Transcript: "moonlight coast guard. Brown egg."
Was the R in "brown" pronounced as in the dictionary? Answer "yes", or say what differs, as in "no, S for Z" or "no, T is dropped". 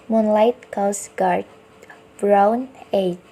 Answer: yes